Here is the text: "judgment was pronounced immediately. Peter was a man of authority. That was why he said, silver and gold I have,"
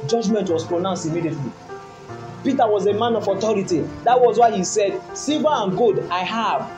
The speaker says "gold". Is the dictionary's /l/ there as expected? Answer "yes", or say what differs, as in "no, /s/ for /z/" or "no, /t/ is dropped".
no, /l/ is dropped